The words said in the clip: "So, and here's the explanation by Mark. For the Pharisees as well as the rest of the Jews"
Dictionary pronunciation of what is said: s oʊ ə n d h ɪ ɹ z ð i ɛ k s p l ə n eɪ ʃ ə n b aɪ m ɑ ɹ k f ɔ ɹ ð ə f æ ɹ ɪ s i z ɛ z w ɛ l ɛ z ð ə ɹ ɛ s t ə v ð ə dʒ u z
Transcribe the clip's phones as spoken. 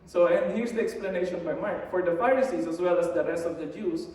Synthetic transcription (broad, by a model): s oʊ ə n d h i ɹ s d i ɛ k s p l ə n eɪ ʃ ə n b aɪ m ɑ ɹ k f ɔ ɹ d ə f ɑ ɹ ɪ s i s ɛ s w ɛ l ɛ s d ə ɹ ɛ s t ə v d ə dʒ u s